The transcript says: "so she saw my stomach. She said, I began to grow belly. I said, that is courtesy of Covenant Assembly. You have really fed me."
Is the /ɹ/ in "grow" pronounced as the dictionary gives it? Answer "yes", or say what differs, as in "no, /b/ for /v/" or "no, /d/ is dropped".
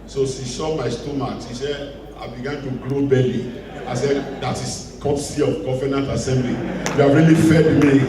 no, /l/ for /ɹ/